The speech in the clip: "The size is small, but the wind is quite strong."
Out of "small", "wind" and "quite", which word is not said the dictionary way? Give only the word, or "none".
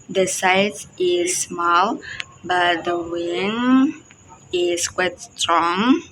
wind